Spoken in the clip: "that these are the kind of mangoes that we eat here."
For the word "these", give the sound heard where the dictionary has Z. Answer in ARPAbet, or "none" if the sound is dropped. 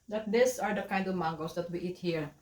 S